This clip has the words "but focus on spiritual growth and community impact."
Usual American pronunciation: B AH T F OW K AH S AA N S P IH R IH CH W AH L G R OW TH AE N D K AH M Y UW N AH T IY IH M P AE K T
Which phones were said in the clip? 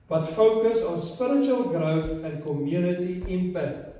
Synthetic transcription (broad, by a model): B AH T F OW K AH S AA N S P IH R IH CH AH L G R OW F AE N K AH M Y UW N AH T IY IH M P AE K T